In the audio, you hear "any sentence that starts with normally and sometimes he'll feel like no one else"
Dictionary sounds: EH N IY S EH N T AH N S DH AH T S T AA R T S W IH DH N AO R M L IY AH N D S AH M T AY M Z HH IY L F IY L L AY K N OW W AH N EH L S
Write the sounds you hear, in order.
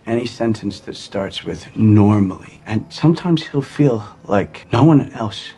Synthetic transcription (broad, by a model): EH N IY S EH N T AH N S DH AH T S T AA R T S W IH DH N AO R M L IY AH N S AH M T AY M Z HH IY L F IY L L AY K N OW W AH N EH L S